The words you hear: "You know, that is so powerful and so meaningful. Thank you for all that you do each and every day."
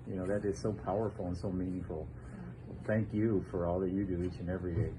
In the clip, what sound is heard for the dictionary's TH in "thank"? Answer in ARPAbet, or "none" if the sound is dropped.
TH